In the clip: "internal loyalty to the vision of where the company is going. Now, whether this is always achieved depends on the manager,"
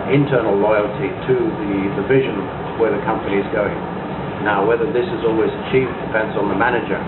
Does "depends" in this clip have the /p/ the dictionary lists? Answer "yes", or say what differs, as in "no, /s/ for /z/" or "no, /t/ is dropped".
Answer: no, /f/ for /p/